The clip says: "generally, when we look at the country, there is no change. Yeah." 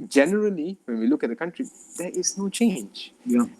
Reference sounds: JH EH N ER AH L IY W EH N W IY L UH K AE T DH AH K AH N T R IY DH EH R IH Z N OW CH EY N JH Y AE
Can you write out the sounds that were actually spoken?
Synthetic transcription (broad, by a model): JH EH N ER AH L IY W EH N W IY L UH K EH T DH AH K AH N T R IY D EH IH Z N OW CH EY N JH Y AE